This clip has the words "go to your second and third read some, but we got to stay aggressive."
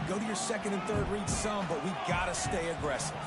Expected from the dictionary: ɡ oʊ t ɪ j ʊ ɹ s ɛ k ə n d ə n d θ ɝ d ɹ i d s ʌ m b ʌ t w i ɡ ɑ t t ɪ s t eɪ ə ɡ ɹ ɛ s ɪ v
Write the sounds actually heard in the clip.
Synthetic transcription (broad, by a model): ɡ oʊ t ɪ j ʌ ɹ s ɛ k ə n d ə n θ ɝ d ɹ i d s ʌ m b ʌ t w i ɡ ɑ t t ɪ s t eɪ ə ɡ ɹ ɛ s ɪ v